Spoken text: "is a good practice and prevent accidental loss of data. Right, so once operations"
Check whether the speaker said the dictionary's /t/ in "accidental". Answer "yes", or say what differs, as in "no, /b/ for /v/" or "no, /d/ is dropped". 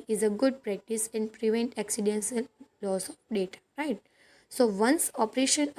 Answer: no, /s/ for /t/